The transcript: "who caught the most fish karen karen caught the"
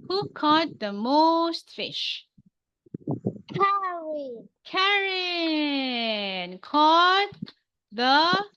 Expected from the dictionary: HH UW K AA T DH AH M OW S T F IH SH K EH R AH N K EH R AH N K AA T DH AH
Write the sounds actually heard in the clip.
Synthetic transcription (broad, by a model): HH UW K AA T DH AH M OW S T F IH SH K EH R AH K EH R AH N K AA T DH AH